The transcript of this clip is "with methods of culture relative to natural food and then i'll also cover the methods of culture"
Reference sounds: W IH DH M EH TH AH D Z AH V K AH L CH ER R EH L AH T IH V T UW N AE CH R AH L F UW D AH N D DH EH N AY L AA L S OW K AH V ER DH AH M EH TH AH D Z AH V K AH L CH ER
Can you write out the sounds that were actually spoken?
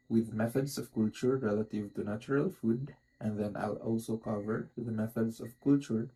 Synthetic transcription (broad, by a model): W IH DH M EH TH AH D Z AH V K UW L CH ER R EH L AH T IH V T UW N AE CH R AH L F UW D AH N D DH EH N AY L AA L S OW K AH V ER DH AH M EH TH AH D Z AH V K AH L CH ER